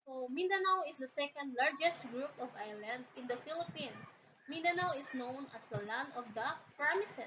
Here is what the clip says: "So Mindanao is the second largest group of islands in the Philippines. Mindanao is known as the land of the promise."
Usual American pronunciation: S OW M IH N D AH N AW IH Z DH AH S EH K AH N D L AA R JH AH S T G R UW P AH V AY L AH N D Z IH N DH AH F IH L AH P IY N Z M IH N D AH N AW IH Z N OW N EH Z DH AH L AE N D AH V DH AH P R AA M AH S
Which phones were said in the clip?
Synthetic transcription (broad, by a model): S OW M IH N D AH N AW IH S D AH S EH K AH N D L AA R JH AH S T G R UW P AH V AY L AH N D IH N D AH F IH L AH P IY N M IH N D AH N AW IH S N OW N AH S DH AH L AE N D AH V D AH P R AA M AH S